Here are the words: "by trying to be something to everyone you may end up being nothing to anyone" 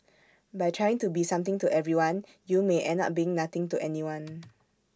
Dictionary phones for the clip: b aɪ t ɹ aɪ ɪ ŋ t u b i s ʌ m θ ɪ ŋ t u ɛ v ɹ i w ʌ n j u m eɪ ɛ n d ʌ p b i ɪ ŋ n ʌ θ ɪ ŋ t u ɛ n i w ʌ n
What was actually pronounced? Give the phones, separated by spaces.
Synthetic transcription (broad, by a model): b aɪ t ɹ aɪ ɪ ŋ t u b i s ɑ m t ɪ ŋ t u ɛ v ɹ i w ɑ n j u m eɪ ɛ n ʌ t b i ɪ ŋ n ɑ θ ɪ ŋ t u ɛ n i w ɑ n